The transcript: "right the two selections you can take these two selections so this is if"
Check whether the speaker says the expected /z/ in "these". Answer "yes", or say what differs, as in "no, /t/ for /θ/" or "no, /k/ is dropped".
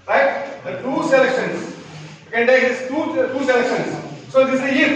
no, /z/ is dropped